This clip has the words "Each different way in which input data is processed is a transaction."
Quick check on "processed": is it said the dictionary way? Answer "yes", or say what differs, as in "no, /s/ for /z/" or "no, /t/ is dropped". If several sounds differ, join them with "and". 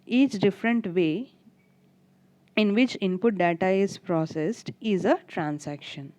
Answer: yes